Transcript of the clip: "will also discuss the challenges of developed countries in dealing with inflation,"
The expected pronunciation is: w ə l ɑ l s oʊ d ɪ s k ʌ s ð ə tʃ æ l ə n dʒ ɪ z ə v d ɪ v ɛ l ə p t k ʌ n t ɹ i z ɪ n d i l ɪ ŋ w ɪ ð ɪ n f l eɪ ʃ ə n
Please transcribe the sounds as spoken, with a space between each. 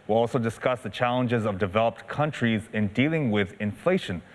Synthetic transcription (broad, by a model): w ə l ɑ l s oʊ d ɪ s k ʌ s ð ə tʃ æ l ə n dʒ ɪ z ə v d ɪ v ɛ l ə p t k ʌ n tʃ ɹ i z ɪ n d i l ɪ ŋ w ɪ ð ɪ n f l eɪ ʃ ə n